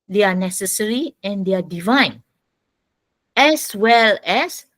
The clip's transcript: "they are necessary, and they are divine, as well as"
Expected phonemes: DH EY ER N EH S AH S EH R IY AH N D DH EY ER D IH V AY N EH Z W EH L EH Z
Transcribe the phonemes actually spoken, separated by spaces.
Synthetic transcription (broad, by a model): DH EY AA N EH S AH S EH R IY AH N D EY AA D IH V AY N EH S W EH L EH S